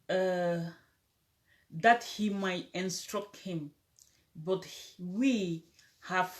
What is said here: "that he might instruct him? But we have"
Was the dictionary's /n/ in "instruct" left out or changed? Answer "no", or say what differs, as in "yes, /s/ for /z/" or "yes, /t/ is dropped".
no